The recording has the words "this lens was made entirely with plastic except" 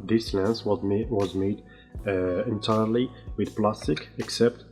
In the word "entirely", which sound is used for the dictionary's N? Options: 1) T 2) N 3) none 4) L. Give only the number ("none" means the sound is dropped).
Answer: 2